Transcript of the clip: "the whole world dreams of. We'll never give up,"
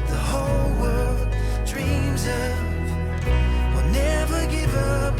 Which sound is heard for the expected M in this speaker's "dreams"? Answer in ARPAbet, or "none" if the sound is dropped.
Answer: M